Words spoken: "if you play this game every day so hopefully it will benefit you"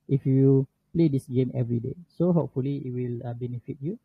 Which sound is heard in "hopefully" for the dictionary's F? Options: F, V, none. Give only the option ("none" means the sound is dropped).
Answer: F